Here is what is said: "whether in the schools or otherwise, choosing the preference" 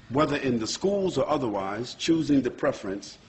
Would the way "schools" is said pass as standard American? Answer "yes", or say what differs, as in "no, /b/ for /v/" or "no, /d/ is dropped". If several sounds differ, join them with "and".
yes